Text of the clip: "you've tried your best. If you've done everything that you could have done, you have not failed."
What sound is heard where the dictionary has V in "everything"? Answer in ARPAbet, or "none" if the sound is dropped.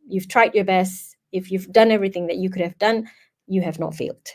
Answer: V